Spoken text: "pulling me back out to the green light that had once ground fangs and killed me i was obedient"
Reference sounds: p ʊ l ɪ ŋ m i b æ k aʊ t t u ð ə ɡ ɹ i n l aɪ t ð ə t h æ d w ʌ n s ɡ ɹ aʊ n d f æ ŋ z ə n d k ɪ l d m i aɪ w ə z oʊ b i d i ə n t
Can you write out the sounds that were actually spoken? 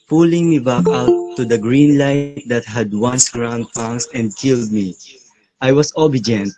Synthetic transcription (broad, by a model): p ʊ l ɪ ŋ m i b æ k aʊ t t u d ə ɡ ɹ i n l aɪ t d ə t h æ d w ʌ n s ɡ ɹ aʊ n d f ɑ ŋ s ə n d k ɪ l d m i aɪ w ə s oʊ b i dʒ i n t